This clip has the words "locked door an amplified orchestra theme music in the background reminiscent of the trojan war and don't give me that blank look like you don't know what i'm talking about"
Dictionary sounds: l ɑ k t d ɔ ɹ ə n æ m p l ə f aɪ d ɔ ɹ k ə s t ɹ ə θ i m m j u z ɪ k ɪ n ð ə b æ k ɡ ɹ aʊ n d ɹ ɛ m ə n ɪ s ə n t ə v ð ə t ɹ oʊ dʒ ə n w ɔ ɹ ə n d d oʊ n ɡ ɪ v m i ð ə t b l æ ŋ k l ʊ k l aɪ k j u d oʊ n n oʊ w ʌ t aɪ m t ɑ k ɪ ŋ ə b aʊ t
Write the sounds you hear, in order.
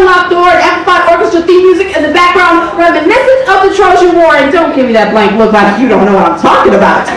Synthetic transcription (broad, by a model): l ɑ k d ɔ ɹ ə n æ p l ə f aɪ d ɔ ɹ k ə s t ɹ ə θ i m m j u z ɪ k ɪ n ð ə b æ k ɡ ɹ aʊ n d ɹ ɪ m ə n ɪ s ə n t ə p ð ə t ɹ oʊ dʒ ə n w ɔ ɹ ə n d d oʊ n ɡ ɪ v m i ð ə t b l æ ŋ k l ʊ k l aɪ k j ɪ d oʊ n n oʊ w ʌ t aɪ m t ɑ k ɪ ŋ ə b aʊ t